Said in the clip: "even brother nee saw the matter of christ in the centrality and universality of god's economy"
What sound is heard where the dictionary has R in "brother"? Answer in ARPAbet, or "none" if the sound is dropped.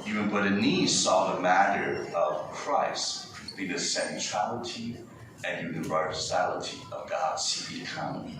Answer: none